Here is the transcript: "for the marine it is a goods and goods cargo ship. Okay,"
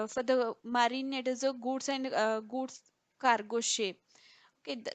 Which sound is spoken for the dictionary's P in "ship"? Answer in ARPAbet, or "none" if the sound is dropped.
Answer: none